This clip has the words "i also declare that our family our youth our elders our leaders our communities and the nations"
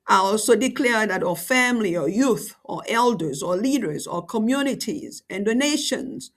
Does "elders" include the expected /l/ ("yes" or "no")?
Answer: yes